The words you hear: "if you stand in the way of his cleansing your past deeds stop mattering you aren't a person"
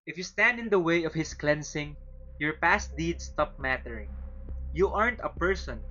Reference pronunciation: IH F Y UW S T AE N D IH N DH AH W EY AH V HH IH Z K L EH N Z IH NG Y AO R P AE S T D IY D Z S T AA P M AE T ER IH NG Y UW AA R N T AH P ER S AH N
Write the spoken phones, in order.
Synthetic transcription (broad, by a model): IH F Y UW S T AE N D IH N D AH W EY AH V HH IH S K L EH N S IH NG Y AO R P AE S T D IY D S T AA P M AE T ER IH NG Y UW AA R N T AH P ER S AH N